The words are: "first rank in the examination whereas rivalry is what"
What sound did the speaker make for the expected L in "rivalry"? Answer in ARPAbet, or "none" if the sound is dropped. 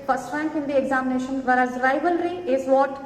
L